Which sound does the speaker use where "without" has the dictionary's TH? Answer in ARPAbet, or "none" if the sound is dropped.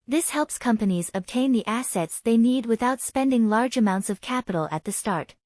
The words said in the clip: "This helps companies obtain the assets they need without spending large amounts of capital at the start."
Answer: TH